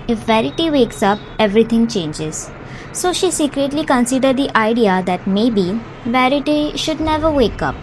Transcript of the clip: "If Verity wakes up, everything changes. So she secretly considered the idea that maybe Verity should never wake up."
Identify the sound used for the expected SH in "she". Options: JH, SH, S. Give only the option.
SH